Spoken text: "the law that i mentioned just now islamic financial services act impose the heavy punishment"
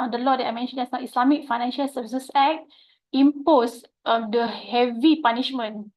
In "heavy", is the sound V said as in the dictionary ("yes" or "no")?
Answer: yes